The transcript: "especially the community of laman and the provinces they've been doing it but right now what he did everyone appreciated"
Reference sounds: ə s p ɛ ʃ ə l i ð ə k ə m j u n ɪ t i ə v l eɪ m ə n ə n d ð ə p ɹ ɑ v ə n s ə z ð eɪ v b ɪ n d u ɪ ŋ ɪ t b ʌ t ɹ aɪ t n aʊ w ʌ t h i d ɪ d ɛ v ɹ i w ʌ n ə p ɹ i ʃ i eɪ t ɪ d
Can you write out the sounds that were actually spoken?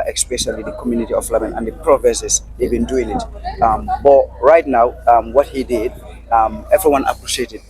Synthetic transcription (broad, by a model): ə s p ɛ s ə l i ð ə k ə m j u n ɪ t i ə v l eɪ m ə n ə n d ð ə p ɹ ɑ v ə s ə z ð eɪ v b ɪ n d u ɪ ŋ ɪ t b ʌ t ɹ aɪ t n aʊ w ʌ t h i d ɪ d ɛ v ɹ i w ʌ n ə p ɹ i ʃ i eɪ t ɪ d